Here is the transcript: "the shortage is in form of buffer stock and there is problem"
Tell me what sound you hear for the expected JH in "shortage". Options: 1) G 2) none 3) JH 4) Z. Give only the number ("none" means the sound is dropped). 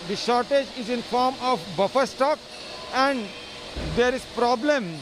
3